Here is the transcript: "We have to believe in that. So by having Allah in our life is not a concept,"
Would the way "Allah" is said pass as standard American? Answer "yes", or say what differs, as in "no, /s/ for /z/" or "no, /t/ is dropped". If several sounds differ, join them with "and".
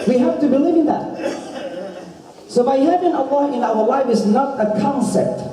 no, /w/ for /l/